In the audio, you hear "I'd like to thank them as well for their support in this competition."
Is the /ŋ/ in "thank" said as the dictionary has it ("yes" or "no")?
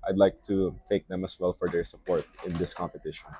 no